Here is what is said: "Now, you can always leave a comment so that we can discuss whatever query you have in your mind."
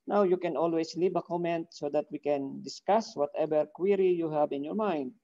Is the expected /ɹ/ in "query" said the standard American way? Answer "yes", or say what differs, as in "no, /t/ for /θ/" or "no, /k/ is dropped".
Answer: yes